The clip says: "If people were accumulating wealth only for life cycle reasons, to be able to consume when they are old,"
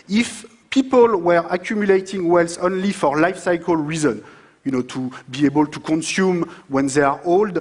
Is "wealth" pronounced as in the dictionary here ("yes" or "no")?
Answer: no